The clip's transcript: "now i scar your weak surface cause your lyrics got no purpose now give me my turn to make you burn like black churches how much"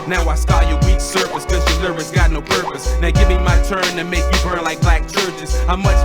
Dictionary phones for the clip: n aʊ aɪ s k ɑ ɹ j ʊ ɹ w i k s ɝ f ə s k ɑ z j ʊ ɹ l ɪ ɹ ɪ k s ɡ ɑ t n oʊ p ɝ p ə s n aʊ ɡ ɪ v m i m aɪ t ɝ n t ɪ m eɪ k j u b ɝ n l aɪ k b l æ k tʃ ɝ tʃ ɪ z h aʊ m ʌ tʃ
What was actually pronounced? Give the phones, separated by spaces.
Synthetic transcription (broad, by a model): n aʊ aɪ s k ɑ j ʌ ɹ w i k s ɝ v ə s k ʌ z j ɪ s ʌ ɹ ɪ s ɡ ɑ t n oʊ p ɝ p ə s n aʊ ɡ ɪ v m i m aɪ t ɝ n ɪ m eɪ k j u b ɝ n l aɪ k b l æ k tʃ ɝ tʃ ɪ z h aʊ m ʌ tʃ